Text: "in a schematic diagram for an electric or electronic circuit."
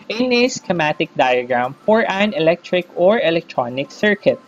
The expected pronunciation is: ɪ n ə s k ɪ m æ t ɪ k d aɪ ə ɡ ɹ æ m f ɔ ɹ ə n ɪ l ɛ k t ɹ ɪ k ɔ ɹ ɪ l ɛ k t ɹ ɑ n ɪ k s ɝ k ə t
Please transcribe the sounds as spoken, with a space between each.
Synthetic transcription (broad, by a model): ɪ n ə s k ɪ m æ t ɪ k d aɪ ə ɡ ɹ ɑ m f ɔ ɹ ə n ɪ l ɛ k t ɹ ɪ k ɔ ɹ ɪ l ɛ k t ɹ ɑ n ɪ k s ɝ k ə t